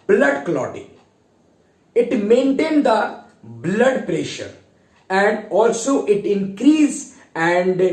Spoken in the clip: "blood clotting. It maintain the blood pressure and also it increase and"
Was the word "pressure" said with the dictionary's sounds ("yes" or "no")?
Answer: yes